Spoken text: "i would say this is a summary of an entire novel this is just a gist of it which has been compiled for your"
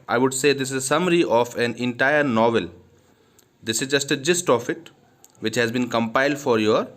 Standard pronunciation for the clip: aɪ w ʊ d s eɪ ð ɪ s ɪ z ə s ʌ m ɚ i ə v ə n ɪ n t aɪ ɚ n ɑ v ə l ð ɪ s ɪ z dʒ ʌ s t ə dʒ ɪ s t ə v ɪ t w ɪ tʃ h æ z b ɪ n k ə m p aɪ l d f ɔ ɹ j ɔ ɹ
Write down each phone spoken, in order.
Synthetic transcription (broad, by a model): aɪ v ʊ d s eɪ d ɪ s ɪ z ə s ʌ m ɚ i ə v ə n ɪ n t aɪ ɚ n ɑ v ə l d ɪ s ɪ z dʒ ʌ s t ə dʒ ɪ s t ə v ɪ t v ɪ tʃ h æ z b ɪ n k ə m p aɪ l d f ɔ ɹ j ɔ ɹ